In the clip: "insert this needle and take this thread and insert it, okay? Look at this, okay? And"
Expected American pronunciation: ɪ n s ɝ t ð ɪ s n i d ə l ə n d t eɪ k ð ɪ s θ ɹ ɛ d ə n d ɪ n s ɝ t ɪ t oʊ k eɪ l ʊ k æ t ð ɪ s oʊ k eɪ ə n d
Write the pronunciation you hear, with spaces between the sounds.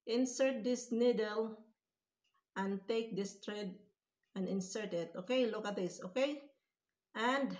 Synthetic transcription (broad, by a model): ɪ n s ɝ t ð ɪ s n i d ə l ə n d t eɪ k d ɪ s t ɹ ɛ d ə n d ɪ n s ɝ t ɪ t oʊ k eɪ l ʊ k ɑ t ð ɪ s oʊ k eɪ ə n d